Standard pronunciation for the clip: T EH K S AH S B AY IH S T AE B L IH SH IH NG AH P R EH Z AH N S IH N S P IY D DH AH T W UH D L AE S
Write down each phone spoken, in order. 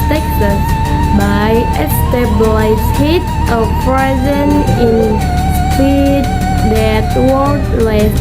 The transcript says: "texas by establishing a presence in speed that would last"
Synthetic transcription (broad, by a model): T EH K S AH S B AY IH S T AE B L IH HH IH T AH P R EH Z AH N IH N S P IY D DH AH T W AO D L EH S